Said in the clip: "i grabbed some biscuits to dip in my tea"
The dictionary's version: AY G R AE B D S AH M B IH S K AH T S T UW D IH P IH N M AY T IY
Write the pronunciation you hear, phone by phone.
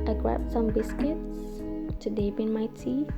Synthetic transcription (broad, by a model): AY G R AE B S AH M B IH S K AH T S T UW D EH B IH N M AY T IY